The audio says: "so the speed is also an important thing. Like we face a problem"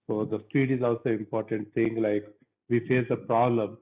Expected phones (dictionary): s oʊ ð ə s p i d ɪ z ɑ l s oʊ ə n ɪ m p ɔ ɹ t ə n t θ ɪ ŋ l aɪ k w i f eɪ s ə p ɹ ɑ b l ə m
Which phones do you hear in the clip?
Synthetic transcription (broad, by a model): s oʊ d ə s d i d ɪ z ɑ l s oʊ ɪ m p ɔ ɹ t ə n t t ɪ ŋ l aɪ k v i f eɪ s ə p ɹ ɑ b l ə m